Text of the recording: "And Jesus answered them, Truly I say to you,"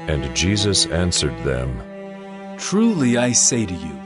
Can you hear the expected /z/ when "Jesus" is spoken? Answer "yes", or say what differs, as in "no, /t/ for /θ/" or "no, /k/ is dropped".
yes